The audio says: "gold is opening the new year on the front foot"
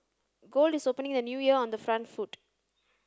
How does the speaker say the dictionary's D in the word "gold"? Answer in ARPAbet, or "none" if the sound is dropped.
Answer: D